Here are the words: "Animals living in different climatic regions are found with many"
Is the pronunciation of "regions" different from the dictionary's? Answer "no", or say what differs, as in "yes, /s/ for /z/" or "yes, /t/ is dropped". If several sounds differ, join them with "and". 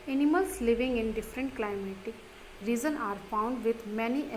yes, /z/ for /dʒ/ and /z/ is dropped